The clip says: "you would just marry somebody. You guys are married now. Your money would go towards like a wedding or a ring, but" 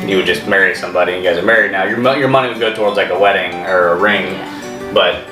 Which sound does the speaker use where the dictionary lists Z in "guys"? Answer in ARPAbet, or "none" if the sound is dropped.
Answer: Z